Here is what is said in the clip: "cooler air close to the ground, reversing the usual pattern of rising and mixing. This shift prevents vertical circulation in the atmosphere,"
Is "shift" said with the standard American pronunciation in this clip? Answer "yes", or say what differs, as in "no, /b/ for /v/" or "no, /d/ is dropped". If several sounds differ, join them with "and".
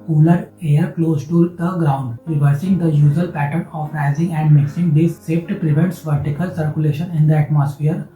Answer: no, /s/ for /ʃ/